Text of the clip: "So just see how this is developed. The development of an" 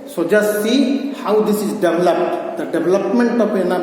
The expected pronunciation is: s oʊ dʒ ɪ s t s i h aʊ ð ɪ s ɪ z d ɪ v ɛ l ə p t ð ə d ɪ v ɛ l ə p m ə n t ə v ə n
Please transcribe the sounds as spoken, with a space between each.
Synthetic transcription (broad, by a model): s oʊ dʒ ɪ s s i h aʊ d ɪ s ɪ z d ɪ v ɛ l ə p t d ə d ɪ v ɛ l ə p m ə n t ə p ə n